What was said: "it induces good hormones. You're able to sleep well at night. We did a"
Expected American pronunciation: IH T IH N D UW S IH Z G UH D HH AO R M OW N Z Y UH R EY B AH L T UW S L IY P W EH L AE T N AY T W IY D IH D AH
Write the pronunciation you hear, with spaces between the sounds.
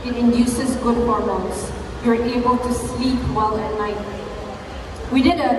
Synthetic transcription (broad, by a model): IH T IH N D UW S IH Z G UH D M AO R OW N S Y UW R EY B AH L T UW S L IY P W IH L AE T N AY T W IY D IH D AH